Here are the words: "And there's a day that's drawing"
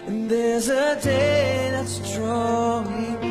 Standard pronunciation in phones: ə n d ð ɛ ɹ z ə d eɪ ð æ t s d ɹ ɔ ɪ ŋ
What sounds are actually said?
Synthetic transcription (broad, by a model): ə n ð ɛ ɹ z ə d eɪ ð æ t s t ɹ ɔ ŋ